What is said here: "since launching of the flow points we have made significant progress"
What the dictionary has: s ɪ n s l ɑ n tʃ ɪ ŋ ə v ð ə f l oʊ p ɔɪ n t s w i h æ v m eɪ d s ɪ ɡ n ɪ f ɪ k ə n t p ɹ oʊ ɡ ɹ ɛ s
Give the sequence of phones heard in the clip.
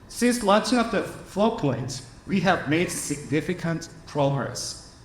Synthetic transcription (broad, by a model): s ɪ n s l ɑ n tʃ ɪ ŋ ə p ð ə f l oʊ p ɔɪ n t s w i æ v m eɪ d s ɪ ɡ n ɪ f ɪ k ə n t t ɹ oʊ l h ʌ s